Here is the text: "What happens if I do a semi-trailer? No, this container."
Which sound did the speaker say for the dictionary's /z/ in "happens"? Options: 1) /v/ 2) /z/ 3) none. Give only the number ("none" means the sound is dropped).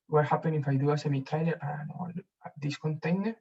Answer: 3